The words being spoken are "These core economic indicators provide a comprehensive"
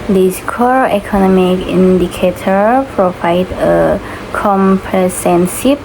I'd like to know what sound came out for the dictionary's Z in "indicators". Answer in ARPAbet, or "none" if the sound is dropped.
none